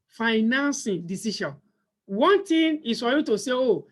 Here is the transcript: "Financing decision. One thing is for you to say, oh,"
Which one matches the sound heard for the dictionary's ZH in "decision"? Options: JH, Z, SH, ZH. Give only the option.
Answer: SH